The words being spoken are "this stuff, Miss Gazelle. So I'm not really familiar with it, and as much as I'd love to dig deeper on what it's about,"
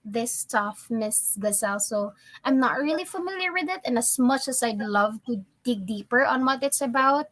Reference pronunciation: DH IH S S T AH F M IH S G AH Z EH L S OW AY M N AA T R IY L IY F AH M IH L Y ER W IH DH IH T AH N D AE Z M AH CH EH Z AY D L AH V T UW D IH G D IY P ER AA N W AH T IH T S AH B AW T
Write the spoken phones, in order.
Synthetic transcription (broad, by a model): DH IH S S T AH F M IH S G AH S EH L S OW AY M N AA T R IY L IY F AH M IH L Y ER W IH DH IH T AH N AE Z M AH CH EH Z AY D L AH V T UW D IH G D IY P ER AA N W AH T IH T S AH B AW T